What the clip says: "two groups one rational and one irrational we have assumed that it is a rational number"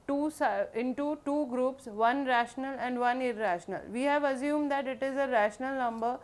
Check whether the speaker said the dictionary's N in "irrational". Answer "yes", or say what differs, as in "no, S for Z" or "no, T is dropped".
yes